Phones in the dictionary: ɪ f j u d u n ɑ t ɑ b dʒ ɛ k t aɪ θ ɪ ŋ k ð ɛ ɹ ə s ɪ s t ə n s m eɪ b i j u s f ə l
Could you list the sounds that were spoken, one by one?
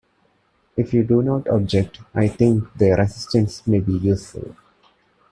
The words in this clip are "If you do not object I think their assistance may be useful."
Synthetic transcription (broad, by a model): ɪ f j u d u n ɑ t ɑ b dʒ ɛ k t aɪ t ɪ ŋ k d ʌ ɹ ə s ɪ s t ə n s m eɪ b i j u s f ə l